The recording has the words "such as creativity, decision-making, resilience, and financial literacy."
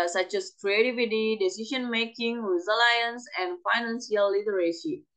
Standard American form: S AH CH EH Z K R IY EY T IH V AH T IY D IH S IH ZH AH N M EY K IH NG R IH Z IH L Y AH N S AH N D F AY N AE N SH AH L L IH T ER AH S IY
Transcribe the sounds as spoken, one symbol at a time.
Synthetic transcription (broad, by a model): S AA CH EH S K R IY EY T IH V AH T IY D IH S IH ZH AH N M EY K IH NG W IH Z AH L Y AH N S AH N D F AY N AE N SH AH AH L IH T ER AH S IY